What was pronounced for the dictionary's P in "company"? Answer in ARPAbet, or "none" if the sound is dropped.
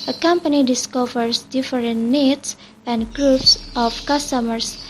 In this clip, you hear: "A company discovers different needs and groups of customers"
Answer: P